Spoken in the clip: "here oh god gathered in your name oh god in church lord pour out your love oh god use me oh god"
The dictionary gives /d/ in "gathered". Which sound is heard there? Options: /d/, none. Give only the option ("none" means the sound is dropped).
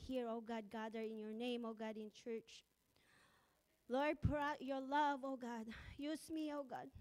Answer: none